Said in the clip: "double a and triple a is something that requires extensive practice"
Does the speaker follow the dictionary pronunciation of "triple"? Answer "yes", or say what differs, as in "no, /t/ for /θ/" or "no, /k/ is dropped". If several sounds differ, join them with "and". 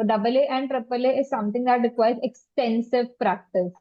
yes